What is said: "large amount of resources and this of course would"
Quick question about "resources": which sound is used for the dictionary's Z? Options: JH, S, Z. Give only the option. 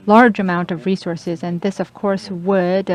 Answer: Z